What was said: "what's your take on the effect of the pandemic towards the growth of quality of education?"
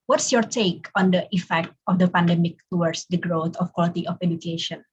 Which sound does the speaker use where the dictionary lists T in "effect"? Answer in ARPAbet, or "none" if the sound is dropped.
T